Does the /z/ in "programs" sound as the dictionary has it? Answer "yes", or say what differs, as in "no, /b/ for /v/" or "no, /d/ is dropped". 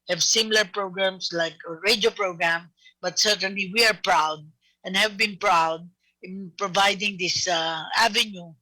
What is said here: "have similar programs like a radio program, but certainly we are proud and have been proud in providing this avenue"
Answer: no, /s/ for /z/